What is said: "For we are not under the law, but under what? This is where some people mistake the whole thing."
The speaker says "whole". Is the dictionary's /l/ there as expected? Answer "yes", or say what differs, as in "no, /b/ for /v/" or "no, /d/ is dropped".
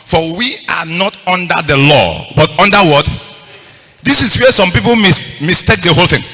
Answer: yes